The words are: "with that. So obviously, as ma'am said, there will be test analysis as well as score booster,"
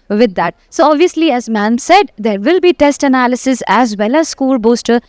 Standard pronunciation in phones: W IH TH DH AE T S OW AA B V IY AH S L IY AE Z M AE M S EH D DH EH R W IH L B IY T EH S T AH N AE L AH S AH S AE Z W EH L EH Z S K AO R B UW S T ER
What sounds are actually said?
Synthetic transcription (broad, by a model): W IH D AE T S OW AA B V IY AH S L IY AE Z M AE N S EH D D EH R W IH L B IY T EH S T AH N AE L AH S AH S AE Z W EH L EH S K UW L B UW S T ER